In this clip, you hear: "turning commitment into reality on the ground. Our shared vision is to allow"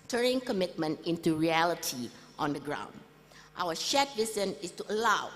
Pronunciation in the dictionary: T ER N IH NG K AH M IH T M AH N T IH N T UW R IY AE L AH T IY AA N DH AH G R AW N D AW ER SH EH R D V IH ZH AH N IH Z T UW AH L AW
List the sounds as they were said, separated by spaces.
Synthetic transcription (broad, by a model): T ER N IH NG K AH M IH T M AH N T IH N T UW R IY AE L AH T IY AA N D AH G R AW N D AW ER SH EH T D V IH S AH N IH S T UW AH L AW